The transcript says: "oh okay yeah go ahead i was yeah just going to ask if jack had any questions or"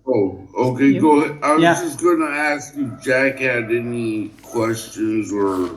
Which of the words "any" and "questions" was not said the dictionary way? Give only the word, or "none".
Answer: none